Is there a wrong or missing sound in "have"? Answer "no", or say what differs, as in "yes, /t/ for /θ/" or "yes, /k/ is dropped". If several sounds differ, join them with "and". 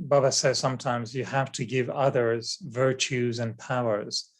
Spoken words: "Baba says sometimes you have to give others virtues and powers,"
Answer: yes, /f/ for /v/